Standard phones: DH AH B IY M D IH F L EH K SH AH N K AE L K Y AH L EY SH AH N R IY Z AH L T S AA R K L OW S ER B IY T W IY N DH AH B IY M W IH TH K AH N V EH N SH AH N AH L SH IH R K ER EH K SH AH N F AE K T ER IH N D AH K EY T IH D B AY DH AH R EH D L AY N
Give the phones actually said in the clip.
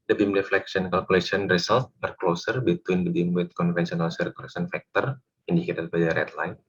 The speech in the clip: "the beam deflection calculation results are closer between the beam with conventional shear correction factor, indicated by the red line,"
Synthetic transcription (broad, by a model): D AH B IY M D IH F L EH K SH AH N K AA L K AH L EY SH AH N R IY S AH L T AA R K L OW S ER B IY T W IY N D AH B IY M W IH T K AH N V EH N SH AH N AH L S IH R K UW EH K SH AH N F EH K T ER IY N D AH K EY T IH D B AY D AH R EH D L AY N